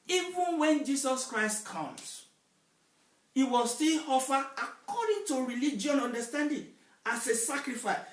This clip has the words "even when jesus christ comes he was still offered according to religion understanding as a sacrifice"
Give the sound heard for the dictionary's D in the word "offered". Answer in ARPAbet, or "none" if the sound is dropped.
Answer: none